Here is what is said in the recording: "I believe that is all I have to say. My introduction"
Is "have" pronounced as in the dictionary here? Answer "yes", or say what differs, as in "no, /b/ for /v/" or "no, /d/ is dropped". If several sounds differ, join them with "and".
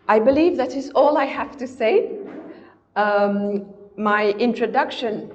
no, /f/ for /v/